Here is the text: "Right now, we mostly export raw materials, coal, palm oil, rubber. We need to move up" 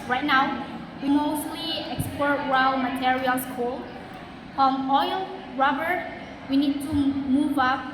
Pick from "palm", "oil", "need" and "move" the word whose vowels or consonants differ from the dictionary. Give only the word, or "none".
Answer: palm